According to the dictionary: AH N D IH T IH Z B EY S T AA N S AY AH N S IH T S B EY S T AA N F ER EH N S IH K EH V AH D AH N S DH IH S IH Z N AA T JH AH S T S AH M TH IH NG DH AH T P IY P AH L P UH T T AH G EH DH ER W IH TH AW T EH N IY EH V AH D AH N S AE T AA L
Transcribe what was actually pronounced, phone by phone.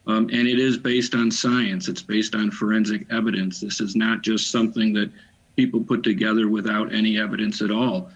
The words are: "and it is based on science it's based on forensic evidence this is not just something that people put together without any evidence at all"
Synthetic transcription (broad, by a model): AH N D IH T IH Z B EY S T N S AY AH N S IH T S B EY S T N F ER EH N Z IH K EH V AH D AH N S DH IH S IH Z N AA T JH AH S T S AH M TH IH NG DH AH T P IY P L P UH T T AH G EH DH ER W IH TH AW T EH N IY EH V AH D AH N S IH T AA L